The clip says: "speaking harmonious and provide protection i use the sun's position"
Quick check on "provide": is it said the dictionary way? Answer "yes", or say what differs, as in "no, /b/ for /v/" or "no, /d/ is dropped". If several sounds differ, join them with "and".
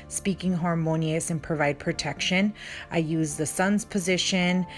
yes